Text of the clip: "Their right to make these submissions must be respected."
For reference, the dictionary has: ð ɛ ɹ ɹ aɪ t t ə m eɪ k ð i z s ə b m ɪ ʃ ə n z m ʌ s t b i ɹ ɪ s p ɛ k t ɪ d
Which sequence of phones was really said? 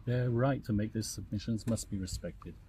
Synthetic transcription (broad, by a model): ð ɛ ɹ ɹ aɪ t t ə m eɪ k ð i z s ə b m ɪ ʃ ə n z m ʌ s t b i ɹ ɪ s p ɛ k t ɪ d